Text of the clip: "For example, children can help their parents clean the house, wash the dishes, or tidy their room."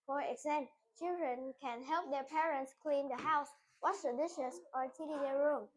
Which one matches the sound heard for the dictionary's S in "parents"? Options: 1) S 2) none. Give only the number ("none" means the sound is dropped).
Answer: 1